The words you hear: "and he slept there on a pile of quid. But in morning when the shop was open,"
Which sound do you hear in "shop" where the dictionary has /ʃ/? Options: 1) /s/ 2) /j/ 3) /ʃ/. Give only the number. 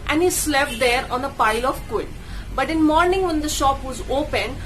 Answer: 3